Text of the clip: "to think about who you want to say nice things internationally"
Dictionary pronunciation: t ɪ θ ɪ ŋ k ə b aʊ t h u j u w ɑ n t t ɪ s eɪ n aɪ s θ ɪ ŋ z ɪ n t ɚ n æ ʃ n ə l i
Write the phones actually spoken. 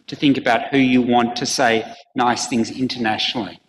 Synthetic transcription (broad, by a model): t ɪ θ ɪ ŋ k ə b aʊ t h u j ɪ w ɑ n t t ɪ s eɪ n aɪ s θ ɪ ŋ z ɪ n t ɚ n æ ʃ n l i